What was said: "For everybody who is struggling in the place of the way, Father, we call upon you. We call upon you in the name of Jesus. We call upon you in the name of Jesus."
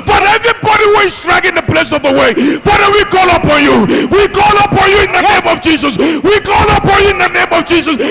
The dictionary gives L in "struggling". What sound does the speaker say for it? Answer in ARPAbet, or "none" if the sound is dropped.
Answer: none